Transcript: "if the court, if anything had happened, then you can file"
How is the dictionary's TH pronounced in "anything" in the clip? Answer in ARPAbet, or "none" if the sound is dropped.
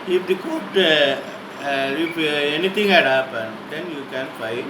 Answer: T